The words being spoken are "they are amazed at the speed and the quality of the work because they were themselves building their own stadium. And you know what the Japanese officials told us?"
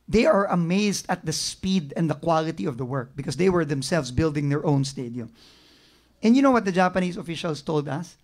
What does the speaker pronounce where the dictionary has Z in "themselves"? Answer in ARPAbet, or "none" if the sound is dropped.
S